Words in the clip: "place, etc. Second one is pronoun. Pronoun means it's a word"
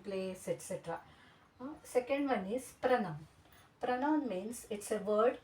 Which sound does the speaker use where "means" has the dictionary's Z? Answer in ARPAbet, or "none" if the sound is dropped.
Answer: S